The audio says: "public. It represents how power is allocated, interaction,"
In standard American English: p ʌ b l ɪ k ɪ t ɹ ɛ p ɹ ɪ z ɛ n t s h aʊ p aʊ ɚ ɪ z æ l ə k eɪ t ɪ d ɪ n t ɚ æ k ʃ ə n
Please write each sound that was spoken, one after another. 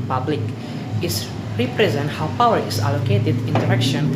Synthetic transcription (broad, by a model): p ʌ b l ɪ k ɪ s ɹ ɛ p ɹ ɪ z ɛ n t h aʊ p aʊ ɚ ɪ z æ l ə k eɪ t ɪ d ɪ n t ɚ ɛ k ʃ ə n